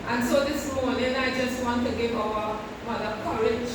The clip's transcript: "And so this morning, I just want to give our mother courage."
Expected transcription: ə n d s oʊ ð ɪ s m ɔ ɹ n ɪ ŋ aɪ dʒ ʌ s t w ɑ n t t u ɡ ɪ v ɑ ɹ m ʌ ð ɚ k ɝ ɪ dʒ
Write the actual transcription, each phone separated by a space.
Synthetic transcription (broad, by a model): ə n s oʊ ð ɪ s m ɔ w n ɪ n aɪ dʒ ʌ s t w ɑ n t t u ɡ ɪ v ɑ w m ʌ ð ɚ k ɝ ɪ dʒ